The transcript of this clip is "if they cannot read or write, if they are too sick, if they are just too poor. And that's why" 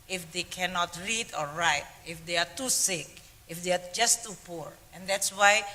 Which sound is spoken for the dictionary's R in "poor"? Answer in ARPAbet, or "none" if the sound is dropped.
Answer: R